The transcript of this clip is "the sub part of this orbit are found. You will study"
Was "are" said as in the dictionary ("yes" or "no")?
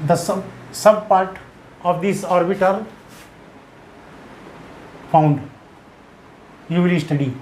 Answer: no